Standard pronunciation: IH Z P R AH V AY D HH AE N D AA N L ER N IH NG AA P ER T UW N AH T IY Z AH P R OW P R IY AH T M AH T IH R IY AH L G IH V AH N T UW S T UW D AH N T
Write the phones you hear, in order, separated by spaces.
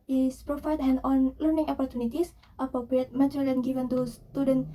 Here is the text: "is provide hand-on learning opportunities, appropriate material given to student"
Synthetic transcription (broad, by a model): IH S P R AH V AY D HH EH N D AA N L ER N IH NG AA P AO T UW N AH T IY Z AH P R OW P R IY AH T M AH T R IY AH N G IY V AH N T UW S T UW D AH N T